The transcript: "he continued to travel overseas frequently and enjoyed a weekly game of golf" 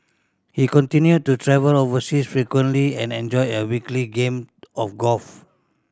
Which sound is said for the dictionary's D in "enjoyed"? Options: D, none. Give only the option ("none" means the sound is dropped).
none